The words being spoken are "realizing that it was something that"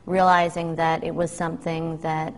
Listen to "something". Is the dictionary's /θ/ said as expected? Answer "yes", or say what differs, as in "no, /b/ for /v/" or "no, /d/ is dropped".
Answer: yes